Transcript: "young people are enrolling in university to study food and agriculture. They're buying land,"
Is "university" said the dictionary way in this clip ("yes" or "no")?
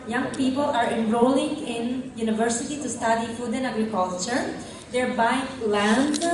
yes